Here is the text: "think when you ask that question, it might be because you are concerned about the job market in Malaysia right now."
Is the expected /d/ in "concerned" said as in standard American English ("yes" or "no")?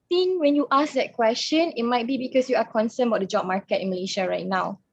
no